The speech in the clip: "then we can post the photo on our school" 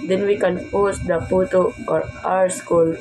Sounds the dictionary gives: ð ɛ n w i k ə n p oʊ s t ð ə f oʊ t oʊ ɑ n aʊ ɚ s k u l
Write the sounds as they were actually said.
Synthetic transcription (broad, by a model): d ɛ n w i k ə n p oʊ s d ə p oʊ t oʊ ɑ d aʊ ɚ s k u l